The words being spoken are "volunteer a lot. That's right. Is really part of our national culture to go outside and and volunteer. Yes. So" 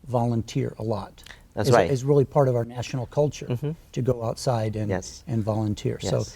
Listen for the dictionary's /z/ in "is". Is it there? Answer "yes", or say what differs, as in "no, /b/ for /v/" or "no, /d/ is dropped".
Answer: yes